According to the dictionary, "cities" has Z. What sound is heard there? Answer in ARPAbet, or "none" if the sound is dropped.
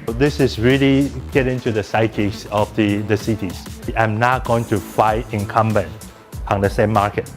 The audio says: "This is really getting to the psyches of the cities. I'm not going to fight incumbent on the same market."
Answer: S